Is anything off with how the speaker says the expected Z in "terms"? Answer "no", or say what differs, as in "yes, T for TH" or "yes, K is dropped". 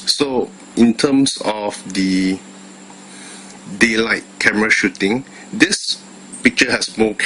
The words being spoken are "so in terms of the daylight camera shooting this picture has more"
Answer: yes, S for Z